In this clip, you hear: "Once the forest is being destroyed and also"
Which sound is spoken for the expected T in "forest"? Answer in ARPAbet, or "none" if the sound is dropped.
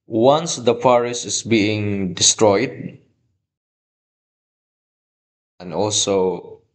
none